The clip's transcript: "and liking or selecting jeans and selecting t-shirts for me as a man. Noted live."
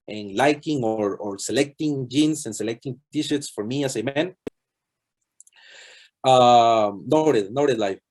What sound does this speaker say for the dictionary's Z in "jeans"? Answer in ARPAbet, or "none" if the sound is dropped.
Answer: S